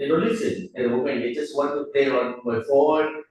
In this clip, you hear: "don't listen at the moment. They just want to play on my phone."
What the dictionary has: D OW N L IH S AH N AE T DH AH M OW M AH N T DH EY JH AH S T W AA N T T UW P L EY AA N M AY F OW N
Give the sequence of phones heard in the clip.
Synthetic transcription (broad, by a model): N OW L IH S AH N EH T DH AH M OW M AH N T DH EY JH AH S T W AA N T T UW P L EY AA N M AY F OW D